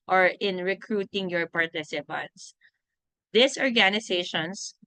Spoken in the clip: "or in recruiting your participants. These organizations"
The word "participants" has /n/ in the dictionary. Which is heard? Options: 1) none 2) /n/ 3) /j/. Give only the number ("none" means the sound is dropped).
2